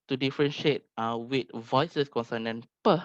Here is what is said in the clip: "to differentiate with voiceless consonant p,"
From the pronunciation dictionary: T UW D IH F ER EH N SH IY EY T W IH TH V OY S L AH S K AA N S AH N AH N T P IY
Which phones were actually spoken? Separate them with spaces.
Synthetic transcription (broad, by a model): T UW D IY F ER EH N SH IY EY T W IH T V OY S AH S K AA N S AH N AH N P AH